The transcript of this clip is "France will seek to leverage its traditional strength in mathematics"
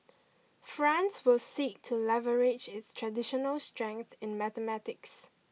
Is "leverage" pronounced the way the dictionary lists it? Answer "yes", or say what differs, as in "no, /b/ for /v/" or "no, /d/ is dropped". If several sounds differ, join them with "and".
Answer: yes